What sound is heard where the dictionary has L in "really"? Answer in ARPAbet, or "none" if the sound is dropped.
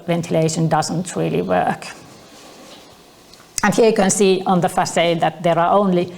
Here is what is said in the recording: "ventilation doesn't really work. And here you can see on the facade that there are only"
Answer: L